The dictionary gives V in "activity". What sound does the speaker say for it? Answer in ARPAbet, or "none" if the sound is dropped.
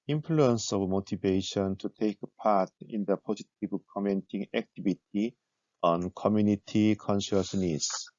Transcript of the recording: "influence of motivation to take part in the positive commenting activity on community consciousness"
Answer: B